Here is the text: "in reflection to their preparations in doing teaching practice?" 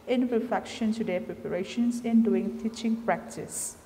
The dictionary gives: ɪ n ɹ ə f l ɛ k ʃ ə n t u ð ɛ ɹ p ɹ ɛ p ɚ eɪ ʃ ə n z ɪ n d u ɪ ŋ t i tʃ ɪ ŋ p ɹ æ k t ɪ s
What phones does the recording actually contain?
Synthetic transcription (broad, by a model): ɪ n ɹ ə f ɛ k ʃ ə n t u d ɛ p ɹ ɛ p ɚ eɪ ʃ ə n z ɪ n d u ɪ ŋ t i tʃ ɪ ŋ p ɹ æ k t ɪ s